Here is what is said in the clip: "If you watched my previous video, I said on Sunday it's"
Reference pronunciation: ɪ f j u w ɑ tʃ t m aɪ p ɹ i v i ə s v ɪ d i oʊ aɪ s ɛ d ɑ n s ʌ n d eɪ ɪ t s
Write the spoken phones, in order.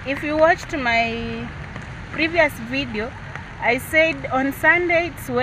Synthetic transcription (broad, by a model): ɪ f j u w ɑ tʃ t m aɪ p ɹ i v i ə s v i d i oʊ aɪ s ɛ d ɑ n s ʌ n d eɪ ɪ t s